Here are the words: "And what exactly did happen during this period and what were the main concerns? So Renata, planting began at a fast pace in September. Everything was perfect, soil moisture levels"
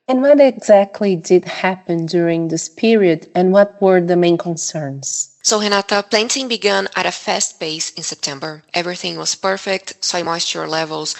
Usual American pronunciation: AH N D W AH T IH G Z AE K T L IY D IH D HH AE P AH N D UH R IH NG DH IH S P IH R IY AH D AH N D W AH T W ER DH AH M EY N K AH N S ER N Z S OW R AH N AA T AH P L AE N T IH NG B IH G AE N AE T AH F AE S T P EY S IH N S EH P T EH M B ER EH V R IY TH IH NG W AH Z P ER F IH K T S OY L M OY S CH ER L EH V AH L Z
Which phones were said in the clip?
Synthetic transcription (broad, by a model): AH N W AH T IH G Z AE K T L IY D IH D HH AE P AH N D UH R IH NG DH IH S P IH R IY AH D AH N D W AH T W ER DH AH M EY N K AH N S ER N Z S OW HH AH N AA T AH P L AE N T IH NG B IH G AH N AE T AH F AE S T B EY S IH N S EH P T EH M B ER EH V R IY TH IH NG W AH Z P ER F IH K T S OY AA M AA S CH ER L EH V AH L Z